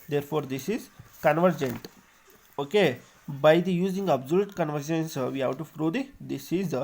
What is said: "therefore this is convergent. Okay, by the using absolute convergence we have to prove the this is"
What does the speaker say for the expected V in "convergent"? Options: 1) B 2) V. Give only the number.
2